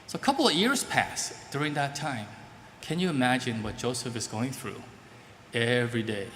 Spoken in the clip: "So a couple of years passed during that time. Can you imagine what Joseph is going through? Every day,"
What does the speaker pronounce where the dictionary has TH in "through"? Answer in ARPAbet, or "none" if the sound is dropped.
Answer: TH